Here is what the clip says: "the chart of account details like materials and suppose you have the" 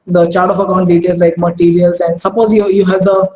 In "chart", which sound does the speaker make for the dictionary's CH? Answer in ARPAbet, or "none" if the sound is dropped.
CH